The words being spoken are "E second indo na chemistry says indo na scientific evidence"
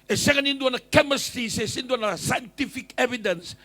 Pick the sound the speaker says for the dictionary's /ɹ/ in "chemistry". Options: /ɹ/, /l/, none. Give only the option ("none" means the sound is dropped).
none